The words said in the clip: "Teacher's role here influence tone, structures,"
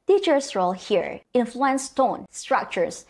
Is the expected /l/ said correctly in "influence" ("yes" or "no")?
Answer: yes